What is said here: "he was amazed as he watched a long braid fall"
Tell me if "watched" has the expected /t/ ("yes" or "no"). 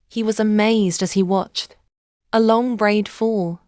yes